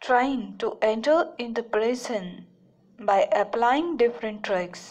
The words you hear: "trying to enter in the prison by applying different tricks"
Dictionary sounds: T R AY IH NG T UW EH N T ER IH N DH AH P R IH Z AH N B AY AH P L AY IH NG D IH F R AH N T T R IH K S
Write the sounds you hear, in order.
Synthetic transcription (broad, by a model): T R AY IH NG T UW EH N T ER IH N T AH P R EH S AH N B AY AH P L AY IH NG D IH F R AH N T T R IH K S